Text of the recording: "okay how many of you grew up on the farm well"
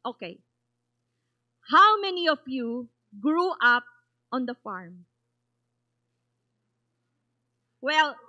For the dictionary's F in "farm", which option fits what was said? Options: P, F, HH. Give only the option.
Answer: F